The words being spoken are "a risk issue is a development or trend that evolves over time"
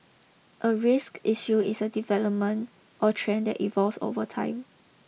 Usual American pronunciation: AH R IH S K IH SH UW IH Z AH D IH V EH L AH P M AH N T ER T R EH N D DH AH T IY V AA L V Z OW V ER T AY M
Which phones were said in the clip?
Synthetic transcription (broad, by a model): AH R IH S K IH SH UW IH S AH D IH V EH L AH P M AH N T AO T R EH N D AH T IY V AA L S OW V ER T AY M